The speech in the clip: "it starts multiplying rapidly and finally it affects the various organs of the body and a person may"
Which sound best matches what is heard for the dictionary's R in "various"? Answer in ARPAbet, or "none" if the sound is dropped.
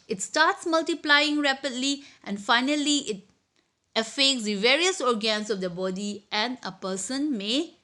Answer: R